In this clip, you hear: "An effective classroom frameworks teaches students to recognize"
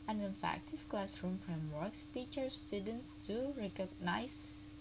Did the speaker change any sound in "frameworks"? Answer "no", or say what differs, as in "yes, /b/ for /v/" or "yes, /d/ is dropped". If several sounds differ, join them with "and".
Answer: no